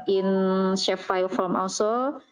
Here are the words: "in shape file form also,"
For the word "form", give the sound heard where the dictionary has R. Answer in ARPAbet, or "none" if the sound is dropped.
L